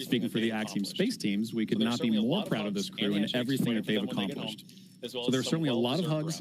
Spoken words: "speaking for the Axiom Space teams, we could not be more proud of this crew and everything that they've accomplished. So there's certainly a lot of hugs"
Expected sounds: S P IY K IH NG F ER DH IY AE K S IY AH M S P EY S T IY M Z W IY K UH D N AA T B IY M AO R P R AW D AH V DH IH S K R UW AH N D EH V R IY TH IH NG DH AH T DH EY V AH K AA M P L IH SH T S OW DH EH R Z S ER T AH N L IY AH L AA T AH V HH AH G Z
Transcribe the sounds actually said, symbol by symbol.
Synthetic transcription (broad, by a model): S P IY K IH NG F ER DH IY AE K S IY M S P EY S T IY M Z W IY K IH D N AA T B IY M AO R P R AW D AH V DH IH S K R UW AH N EH V R IY TH IH NG DH AH T DH EY V AH K AA M P L IH SH T S OW DH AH R S ER T N L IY AH L AA T AH V HH AH G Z